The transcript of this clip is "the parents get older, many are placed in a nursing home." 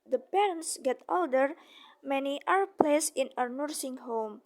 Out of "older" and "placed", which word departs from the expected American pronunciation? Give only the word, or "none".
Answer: placed